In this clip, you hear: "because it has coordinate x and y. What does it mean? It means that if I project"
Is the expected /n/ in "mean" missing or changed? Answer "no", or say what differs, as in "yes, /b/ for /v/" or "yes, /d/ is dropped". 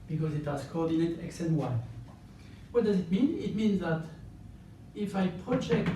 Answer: no